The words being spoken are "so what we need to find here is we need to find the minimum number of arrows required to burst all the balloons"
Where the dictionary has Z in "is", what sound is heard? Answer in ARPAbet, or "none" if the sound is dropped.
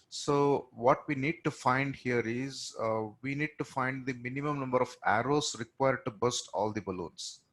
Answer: Z